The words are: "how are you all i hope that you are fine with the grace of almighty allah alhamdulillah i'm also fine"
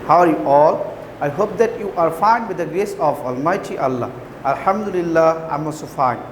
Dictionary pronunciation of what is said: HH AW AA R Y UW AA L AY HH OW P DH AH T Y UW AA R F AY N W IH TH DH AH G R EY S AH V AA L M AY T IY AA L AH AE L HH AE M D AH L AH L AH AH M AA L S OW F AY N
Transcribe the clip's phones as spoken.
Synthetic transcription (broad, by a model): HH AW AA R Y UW AA L AY HH OW P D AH T Y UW AA R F AY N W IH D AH G R EY S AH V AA L M AY T IY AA L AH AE L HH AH M D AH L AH L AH AH M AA S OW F AY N